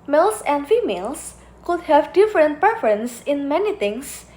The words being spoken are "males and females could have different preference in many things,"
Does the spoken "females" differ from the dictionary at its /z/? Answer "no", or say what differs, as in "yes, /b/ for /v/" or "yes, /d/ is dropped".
yes, /s/ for /z/